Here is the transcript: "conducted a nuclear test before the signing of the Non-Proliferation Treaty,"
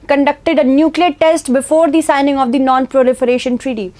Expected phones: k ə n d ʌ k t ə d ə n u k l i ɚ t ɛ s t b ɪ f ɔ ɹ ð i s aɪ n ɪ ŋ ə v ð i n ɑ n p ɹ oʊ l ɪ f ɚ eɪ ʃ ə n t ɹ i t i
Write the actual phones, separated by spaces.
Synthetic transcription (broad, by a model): k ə n d ʌ k t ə d ə n u k l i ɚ t ɛ s t b ɪ f ɔ ɹ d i s aɪ n ɪ ŋ ə v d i n ɑ n p ɹ oʊ l ɪ f ɚ eɪ ʃ ə n t ɹ i t i